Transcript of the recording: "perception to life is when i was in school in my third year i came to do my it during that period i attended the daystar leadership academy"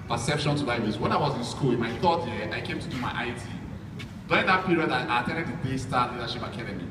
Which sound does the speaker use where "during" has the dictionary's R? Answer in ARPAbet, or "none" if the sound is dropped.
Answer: none